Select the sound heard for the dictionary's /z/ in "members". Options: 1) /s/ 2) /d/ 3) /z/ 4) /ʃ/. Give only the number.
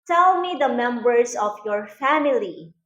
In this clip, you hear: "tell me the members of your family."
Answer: 1